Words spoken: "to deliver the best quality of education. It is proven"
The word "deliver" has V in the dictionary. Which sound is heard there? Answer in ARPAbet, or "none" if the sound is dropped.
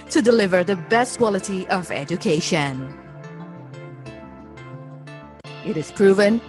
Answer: V